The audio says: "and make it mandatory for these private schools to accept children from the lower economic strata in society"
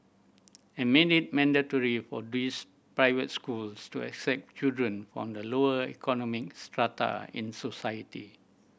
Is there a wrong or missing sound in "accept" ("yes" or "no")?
no